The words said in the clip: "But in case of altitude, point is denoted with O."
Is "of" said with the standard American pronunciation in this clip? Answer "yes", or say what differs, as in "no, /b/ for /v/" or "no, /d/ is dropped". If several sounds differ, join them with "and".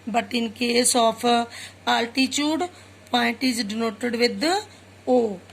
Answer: no, /p/ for /v/